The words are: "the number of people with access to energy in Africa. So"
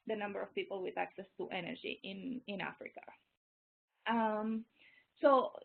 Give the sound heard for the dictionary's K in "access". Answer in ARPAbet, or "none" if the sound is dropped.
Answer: K